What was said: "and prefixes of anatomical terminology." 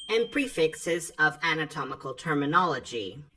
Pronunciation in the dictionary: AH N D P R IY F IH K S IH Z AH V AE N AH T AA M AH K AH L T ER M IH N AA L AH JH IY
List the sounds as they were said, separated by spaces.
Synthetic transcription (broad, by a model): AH N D P R IY F IH K S IH Z AH V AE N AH T AA M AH K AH L T ER M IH N AA L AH JH IY